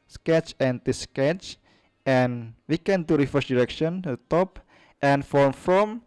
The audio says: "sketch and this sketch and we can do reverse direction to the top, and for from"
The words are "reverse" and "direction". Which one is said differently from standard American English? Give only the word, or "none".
reverse